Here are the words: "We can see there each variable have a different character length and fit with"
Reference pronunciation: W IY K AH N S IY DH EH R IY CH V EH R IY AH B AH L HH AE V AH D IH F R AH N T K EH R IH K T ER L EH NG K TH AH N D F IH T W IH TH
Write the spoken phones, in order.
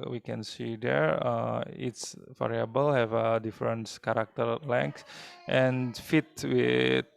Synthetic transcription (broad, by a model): W IY K AH N S IY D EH R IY S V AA R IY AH B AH L HH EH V AH D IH F R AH N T K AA R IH K T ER L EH NG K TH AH N F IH T W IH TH